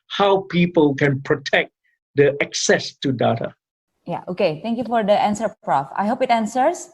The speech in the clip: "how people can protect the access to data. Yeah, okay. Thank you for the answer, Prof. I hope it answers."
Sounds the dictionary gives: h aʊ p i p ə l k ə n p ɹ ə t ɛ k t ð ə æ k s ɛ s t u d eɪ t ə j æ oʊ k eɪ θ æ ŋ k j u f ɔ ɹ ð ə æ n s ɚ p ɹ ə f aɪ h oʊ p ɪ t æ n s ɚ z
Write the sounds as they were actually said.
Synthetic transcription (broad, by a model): h aʊ p i p ə l k ə n p ɹ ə t ɛ k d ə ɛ k s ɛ s t u d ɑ t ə j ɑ oʊ k eɪ t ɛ ŋ k j u f ɔ ɹ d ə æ n s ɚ p ɹ ə f aɪ h oʊ p ɪ t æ n s ɚ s